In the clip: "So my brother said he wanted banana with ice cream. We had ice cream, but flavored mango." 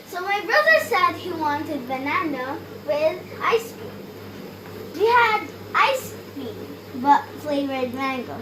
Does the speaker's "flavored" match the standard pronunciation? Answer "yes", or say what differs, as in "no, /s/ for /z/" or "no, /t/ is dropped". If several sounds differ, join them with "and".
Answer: no, /p/ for /f/